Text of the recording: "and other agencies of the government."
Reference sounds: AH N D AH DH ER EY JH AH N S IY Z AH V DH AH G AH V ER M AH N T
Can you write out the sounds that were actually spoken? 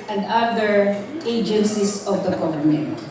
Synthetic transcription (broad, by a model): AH N D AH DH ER EY JH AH N S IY S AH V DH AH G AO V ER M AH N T